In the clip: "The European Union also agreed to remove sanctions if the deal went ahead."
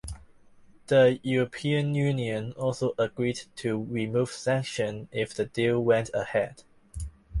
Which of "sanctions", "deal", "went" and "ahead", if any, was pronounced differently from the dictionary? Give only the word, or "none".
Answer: sanctions